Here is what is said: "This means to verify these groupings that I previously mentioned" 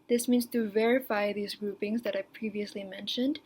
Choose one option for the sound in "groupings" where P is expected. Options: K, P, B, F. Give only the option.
P